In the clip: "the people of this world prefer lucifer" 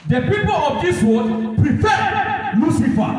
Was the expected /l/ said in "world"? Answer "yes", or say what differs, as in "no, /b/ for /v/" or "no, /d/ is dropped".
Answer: no, /l/ is dropped